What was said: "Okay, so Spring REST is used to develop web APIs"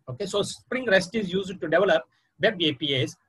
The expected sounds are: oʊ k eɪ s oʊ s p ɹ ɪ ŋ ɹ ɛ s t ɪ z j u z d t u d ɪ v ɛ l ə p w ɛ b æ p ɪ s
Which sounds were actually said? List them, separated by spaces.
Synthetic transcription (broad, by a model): oʊ k eɪ s oʊ s p ɹ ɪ ŋ ɹ ɛ s t ɪ z j u z d t u d ɪ v ɛ l ə p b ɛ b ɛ p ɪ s